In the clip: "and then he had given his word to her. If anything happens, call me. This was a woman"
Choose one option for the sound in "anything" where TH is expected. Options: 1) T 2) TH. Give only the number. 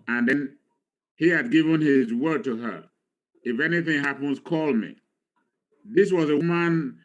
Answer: 2